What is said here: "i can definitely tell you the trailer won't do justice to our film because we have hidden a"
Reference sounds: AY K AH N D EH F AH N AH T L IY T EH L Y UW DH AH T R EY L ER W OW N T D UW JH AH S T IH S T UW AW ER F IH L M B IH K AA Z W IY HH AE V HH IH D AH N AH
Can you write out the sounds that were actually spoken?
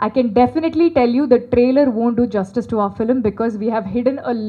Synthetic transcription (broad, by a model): AY K AH N D EH F AH N AH T L IY T EH L Y UW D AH T R EY L ER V OW N T D UW JH AH S T IH S T UW AW ER F IH L M B IH K AA Z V IY HH AE V HH IH D AH N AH